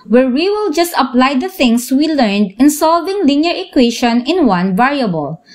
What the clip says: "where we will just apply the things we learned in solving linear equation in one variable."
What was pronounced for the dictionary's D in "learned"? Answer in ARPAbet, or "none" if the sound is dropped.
D